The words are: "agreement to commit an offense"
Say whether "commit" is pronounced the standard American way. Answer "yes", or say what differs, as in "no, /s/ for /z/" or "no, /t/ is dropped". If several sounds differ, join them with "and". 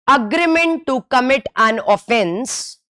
yes